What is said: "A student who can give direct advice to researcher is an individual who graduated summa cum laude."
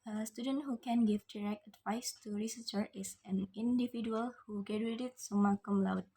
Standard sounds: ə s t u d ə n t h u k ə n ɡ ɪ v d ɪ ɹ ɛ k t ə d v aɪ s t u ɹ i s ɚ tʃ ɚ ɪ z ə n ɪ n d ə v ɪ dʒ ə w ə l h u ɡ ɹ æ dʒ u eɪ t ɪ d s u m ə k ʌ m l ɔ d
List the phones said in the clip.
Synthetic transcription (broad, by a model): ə s t u d ə n t h u k ə n ɡ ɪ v d ɪ ɹ ɛ k t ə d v aɪ s t u ɹ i s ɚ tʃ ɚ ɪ s ə n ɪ n d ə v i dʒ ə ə l h u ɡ ɛ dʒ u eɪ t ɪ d s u m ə k ʌ m l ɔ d